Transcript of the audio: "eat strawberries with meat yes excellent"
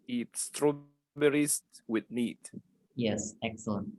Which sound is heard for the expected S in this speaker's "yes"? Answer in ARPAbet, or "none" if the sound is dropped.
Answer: S